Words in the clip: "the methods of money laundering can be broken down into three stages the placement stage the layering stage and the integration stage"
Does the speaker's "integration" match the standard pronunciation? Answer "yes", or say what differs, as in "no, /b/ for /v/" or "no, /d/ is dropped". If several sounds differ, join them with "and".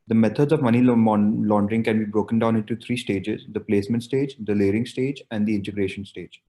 yes